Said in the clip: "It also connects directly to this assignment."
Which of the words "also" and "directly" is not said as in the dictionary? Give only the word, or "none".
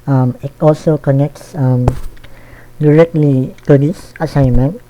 none